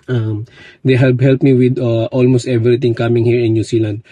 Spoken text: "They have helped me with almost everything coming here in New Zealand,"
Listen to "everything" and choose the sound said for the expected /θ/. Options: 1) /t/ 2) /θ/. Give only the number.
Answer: 1